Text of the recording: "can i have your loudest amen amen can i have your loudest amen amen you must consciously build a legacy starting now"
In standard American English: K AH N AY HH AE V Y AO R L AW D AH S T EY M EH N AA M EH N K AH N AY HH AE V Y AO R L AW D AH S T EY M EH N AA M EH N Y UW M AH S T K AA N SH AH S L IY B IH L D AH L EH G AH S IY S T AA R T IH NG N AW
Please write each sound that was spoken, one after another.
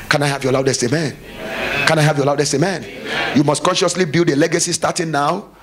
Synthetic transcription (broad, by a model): K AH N AY HH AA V Y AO L AW D AH S T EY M M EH N K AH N AY HH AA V Y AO L AW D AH S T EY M M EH N Y UW M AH S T K AA N SH AH S L IY B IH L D AH L EH G AH S IY S T AA T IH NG N AW